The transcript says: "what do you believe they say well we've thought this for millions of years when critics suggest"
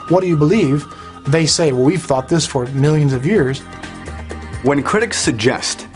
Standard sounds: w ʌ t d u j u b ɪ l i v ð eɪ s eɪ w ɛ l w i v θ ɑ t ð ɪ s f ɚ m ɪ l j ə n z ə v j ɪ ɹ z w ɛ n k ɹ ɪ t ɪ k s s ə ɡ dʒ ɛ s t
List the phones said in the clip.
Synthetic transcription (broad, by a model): w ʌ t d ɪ j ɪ b ɪ l i v ð eɪ s eɪ w ɛ l w i v θ ɑ t ð ɪ s f ɚ m ɪ l j ə n z ə v j ɪ ɹ z w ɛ n k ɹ ɪ t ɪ k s s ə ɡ dʒ ɛ s t